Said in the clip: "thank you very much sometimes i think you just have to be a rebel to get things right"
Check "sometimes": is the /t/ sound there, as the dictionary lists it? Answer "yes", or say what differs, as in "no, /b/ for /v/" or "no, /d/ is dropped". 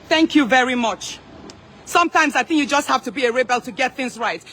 yes